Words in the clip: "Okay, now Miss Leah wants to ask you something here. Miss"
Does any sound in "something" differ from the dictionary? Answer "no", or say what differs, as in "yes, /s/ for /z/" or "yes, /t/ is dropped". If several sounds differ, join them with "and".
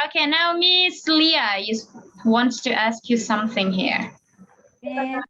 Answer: no